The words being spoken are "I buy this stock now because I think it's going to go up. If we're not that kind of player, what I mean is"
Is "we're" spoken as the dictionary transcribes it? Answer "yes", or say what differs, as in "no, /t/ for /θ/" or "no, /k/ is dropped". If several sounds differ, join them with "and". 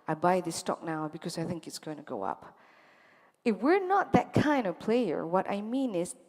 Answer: yes